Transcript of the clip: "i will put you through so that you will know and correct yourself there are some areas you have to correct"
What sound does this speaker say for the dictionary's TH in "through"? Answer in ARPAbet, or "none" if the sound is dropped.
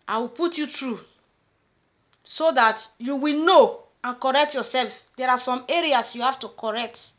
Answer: T